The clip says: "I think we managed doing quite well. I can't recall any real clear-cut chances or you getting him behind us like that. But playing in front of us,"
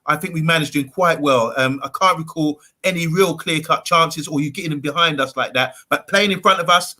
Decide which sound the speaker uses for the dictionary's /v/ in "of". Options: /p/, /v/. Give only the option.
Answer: /v/